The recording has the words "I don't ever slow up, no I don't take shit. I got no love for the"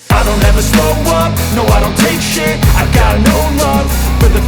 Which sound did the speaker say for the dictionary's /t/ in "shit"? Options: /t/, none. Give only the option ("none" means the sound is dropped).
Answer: none